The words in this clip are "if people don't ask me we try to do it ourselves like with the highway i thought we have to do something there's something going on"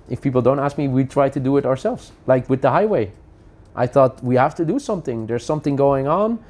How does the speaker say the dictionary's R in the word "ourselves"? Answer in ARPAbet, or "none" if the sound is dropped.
R